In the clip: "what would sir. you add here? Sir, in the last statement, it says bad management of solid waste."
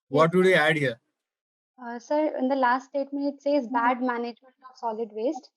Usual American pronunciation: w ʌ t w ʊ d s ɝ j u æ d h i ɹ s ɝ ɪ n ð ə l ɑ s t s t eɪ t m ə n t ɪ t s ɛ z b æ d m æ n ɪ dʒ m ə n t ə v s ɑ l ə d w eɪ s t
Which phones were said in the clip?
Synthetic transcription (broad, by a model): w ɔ t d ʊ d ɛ æ d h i ɹ s ɝ ɪ n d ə l ɑ s t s t eɪ t m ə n ɪ t s ɛ z b æ d m æ n ɪ dʒ m ə n t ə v s ɑ l ə d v eɪ s t